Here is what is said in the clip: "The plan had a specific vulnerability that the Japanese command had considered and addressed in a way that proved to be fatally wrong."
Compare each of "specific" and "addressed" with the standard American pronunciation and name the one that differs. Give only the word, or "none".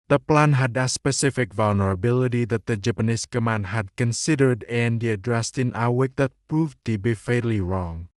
none